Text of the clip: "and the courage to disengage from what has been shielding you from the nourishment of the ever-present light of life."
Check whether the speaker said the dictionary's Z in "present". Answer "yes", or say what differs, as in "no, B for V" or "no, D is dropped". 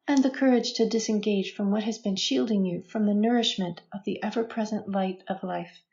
yes